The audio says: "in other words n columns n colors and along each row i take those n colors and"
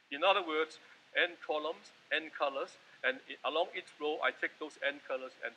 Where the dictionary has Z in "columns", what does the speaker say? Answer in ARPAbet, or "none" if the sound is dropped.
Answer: S